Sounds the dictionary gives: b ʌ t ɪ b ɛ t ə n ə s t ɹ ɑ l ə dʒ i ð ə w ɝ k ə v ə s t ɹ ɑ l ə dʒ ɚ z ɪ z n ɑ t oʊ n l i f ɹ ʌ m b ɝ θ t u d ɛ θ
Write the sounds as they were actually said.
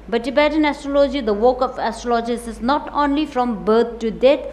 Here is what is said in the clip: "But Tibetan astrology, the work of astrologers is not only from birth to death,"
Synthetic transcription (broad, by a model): b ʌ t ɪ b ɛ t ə n ə s t ɹ ɑ l ə dʒ i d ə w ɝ k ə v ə s t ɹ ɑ l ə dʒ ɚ s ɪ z n ɑ t oʊ n l i f ɹ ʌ m b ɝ t t u d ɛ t